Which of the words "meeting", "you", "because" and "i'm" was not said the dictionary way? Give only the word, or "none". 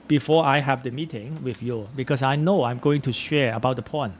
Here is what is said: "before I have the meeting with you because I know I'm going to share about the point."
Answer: because